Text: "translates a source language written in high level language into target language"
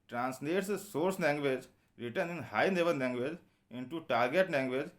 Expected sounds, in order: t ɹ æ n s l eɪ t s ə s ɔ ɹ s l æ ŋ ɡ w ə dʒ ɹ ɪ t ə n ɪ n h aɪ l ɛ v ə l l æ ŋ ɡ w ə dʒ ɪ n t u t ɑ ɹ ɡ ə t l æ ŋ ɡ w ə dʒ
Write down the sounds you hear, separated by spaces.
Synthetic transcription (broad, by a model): t ɹ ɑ n s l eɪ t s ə s ɔ ɹ s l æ ŋ ɡ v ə dʒ ɹ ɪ t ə n ɪ n h aɪ n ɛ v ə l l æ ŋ ɡ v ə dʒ ɪ n t u t ɑ ɹ ɡ ə t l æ ŋ ɡ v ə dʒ